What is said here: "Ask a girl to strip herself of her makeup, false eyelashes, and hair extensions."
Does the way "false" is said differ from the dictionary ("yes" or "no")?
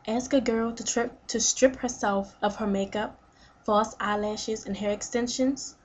yes